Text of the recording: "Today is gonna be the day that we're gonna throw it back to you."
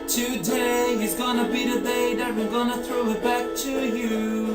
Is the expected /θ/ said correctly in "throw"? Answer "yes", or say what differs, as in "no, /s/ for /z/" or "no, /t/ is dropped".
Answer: yes